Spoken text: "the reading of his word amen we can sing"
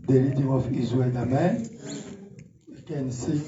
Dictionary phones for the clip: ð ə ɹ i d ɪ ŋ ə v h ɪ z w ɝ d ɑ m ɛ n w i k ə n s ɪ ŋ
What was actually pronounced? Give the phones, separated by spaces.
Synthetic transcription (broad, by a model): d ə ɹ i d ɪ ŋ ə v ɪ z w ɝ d ɑ m ɛ n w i k ə n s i